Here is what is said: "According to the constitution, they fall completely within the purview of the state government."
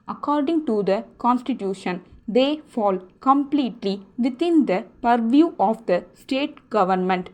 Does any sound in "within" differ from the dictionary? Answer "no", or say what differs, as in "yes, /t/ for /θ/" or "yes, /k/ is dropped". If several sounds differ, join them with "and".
yes, /t/ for /θ/